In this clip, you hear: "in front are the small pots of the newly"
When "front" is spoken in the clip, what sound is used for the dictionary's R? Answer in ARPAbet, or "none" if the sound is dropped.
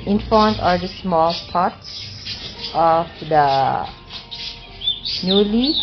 none